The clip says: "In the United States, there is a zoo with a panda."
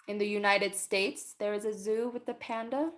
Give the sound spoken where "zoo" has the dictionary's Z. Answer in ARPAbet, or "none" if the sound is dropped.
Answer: Z